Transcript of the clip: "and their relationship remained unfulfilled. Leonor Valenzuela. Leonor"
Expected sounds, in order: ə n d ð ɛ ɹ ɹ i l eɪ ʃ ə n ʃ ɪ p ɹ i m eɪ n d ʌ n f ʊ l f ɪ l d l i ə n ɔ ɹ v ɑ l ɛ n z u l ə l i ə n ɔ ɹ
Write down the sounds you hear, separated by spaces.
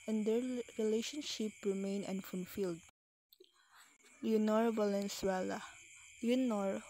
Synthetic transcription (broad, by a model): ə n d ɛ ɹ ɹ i l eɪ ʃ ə n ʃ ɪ p ɹ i m eɪ n ʌ n f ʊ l f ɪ l d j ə n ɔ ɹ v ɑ l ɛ n s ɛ l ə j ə n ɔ ɹ